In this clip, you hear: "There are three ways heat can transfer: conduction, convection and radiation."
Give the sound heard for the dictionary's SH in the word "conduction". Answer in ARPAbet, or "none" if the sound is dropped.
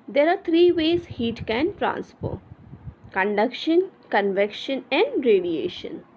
SH